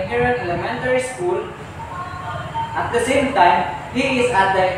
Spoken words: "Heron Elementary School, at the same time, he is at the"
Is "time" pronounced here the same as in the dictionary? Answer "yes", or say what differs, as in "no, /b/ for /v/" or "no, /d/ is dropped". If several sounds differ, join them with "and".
yes